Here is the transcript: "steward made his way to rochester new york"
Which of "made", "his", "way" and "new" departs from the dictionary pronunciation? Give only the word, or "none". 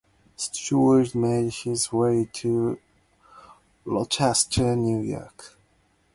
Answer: none